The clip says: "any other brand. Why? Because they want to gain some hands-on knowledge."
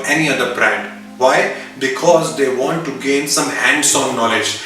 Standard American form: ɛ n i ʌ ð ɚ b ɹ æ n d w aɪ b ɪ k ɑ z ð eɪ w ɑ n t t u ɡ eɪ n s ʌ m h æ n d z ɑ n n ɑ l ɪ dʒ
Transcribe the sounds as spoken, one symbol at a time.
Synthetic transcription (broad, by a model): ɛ n i ʌ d ɚ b ɹ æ n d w aɪ b ɪ k ɑ z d eɪ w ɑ n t t u ɡ eɪ n s ʌ m h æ n d s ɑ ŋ n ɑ l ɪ dʒ